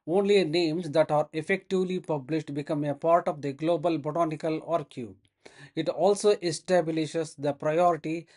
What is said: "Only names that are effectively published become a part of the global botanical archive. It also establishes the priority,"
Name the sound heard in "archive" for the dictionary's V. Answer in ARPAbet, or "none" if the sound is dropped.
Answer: none